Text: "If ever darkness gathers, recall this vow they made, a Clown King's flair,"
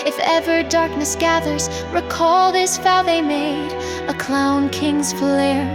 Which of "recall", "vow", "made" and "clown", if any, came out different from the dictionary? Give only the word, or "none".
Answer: vow